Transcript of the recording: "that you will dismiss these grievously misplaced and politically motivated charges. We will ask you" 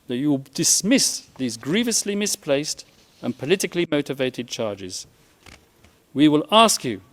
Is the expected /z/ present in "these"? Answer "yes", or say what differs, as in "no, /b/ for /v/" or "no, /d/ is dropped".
yes